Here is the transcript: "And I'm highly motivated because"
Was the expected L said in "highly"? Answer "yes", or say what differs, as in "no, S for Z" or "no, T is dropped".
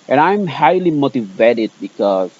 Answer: yes